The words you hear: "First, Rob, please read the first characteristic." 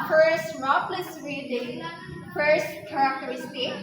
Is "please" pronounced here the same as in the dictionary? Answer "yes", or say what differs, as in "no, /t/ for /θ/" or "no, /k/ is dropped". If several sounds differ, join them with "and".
no, /s/ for /z/